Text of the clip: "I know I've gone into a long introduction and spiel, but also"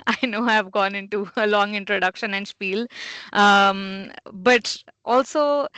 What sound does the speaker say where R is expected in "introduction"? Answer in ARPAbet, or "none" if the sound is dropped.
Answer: R